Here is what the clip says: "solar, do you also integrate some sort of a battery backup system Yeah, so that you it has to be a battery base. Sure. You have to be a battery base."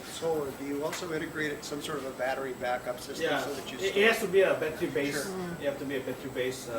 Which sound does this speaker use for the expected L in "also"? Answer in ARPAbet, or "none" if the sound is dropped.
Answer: L